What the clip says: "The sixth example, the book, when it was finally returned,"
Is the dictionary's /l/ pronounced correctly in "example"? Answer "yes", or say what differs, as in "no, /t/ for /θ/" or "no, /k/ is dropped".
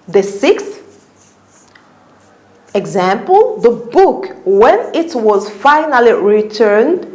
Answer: yes